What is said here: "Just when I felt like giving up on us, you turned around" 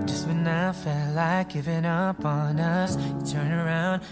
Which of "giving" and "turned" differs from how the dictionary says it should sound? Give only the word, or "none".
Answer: turned